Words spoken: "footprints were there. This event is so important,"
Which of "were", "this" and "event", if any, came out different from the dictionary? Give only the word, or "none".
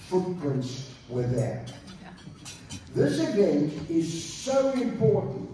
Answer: event